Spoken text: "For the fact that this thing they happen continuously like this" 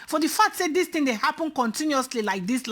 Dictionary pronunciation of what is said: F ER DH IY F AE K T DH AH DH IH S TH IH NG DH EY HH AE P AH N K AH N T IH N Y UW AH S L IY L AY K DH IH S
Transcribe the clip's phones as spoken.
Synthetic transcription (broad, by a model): F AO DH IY F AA K T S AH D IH S T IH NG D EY HH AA P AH N K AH N T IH N Y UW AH S L IY L AY K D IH S